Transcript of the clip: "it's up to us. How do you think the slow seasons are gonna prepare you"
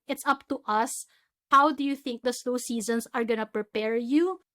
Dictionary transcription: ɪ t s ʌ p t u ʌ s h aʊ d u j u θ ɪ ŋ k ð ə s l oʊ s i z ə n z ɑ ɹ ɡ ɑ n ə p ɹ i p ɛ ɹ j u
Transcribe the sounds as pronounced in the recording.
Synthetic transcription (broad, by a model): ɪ t s ʌ p t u ʌ s h aʊ d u j u θ ɪ ŋ k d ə s n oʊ s i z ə n s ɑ ɹ ɡ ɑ n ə p ɹ i p ɛ ɹ j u